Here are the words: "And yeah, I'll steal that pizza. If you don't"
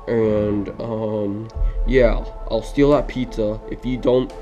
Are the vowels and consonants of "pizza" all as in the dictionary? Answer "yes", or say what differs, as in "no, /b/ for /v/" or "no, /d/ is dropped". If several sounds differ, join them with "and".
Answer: no, /s/ is dropped